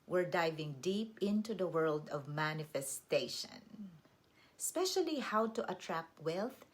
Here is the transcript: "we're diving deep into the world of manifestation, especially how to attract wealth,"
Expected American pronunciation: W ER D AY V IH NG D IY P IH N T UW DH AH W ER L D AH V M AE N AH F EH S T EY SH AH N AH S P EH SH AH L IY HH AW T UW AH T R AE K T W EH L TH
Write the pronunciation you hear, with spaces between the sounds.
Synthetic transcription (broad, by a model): W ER D AY V IH NG D IY P IH N T UW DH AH W ER L D AH V M AE N AH F EH S T EY SH AH N AH S P EH SH AH L IY HH AW T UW AH T R AE K T W EH L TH